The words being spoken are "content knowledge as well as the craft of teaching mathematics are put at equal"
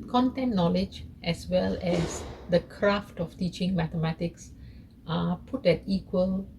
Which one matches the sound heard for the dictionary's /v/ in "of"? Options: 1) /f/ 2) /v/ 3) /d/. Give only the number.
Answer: 1